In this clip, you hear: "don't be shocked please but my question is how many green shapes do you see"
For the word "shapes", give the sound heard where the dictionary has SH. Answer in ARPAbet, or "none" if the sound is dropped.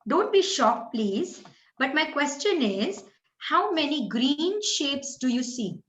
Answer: SH